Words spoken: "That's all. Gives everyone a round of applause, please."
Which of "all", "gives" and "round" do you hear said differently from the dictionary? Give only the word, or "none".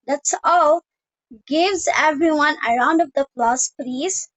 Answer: none